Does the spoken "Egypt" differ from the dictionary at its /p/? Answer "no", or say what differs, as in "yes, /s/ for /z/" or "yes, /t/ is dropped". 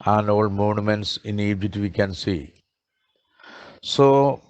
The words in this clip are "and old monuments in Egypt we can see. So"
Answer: yes, /p/ is dropped